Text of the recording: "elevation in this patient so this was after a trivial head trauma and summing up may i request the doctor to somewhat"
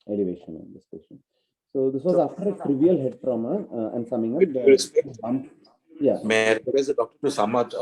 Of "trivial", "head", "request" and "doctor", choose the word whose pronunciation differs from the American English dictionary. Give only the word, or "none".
request